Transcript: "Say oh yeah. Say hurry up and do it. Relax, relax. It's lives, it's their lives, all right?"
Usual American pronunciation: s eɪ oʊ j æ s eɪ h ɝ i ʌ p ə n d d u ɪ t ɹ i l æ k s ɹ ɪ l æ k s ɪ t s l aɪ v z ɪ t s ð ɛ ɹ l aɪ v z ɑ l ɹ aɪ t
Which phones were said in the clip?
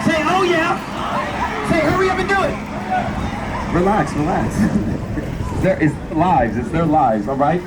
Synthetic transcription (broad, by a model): s eɪ oʊ j æ s eɪ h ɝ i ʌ b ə n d d u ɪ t ɹ i l æ k s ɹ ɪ l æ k s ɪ t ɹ l aɪ v z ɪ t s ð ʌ ɹ l aɪ v z ɑ l ɹ aɪ t